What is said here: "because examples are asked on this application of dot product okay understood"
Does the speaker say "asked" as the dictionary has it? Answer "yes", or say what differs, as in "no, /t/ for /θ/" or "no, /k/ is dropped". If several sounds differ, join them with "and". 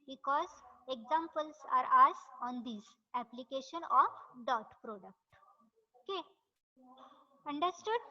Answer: no, /t/ is dropped